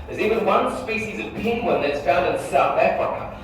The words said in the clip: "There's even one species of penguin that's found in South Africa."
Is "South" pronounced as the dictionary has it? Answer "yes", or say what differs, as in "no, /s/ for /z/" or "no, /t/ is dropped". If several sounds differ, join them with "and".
yes